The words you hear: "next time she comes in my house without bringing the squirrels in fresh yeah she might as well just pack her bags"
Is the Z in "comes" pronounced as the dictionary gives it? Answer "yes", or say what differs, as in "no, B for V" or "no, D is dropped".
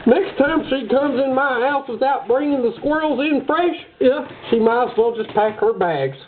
yes